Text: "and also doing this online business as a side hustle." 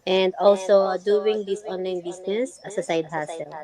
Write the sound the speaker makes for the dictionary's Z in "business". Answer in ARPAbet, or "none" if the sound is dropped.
S